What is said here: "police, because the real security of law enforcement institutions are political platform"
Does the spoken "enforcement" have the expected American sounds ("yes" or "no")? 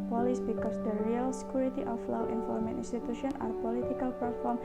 no